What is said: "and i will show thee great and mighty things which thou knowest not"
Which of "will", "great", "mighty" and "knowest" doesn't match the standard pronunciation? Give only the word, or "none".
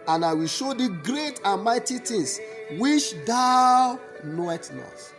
knowest